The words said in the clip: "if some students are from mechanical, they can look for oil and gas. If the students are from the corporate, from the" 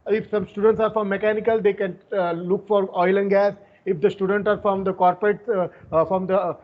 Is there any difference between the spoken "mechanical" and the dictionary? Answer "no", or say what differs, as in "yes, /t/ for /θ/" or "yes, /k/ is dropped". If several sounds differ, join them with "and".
no